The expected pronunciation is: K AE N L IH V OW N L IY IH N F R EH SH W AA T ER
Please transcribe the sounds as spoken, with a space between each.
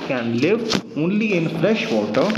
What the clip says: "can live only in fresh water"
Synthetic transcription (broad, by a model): K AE N L IH V OW N L IY IH N F R EH SH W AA T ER